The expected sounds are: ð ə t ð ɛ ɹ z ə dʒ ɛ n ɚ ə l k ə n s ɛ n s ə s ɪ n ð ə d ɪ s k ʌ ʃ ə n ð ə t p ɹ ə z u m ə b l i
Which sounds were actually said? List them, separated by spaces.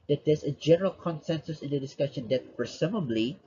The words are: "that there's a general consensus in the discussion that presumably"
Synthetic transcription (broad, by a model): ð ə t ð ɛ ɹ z ə dʒ ɛ n ɚ ə l k ə n s ɛ n s ə s ɪ n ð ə d ɪ s k ʌ ʃ ə n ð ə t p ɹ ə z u m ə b l i